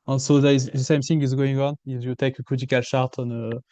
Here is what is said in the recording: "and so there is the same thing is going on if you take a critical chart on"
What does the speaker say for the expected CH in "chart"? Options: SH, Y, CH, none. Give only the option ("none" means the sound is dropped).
SH